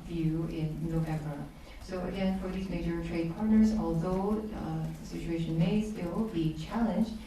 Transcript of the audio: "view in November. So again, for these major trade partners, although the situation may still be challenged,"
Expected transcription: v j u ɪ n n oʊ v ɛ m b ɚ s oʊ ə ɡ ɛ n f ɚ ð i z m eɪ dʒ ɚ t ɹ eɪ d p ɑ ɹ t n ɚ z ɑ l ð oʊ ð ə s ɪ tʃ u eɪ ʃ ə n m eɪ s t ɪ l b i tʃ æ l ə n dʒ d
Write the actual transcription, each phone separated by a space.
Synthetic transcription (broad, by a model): v j u ɪ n n oʊ v ɛ m b ɚ s oʊ ə ɡ ɛ n f ɚ ð i z m eɪ dʒ ɚ t ɹ eɪ d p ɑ ɹ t n ɚ z ɑ l ð oʊ ð ə s ɪ tʃ u eɪ ʃ ə n m eɪ s t ɪ l b i tʃ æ l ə n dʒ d